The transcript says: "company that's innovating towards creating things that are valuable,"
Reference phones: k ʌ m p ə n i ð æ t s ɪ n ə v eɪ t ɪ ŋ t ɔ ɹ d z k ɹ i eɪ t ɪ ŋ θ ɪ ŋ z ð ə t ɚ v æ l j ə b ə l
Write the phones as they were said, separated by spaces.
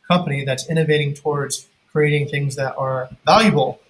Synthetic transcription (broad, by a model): k ʌ m p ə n i ð æ t s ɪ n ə v eɪ t ɪ ŋ t ɔ ɹ d z k ɹ i eɪ t ɪ ŋ θ ɪ ŋ z ð ə t ɚ v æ l j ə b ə l